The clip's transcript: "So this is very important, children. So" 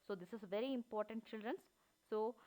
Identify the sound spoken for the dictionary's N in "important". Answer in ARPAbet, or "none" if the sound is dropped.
N